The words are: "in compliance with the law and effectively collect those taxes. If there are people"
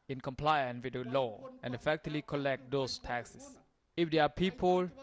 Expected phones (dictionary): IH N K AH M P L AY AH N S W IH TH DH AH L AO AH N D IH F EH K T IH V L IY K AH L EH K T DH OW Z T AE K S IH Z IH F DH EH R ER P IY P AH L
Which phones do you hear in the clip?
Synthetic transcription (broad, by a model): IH N K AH M P L AY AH N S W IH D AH L AO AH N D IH F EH K T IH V L IY K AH L EH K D OW S T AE K S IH S IH F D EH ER P IY P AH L